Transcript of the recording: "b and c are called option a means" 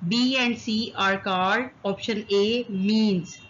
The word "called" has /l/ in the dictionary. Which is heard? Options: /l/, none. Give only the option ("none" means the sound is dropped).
none